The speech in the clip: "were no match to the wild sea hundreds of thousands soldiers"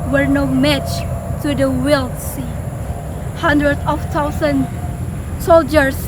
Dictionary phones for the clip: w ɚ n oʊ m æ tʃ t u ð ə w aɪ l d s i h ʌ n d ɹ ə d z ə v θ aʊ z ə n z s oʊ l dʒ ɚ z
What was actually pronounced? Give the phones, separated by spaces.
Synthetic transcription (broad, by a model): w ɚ n oʊ m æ tʃ t u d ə w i l s i h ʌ n d ɹ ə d ə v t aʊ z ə n s oʊ l dʒ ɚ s